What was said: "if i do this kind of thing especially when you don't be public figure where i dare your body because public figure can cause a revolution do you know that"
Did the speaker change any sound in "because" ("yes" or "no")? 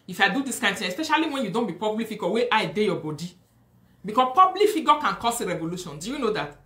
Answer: yes